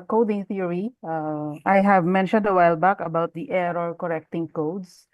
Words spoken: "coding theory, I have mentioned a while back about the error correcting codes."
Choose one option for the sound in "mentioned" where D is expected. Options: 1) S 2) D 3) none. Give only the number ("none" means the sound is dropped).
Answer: 2